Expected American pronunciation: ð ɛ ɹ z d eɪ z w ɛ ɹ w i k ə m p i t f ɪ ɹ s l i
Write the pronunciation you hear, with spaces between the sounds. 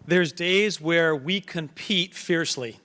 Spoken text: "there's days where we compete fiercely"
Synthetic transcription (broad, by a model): ð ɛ ɹ z d eɪ z w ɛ ɹ w i k ə m p i t f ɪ ɹ s l i